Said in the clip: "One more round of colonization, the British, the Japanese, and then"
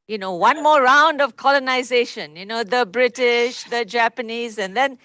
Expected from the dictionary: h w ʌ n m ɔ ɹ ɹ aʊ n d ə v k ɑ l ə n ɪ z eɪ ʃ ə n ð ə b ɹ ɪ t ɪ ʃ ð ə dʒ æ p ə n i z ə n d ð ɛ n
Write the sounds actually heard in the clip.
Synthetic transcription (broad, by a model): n w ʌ n m ɔ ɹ ɹ aʊ n d ə v k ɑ l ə n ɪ z eɪ ʃ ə n ð ə b ɹ ɪ t ɪ ʃ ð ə dʒ æ p ə n i z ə n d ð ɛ n